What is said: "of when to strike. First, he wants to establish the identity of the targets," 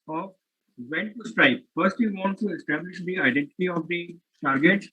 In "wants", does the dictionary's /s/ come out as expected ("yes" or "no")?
no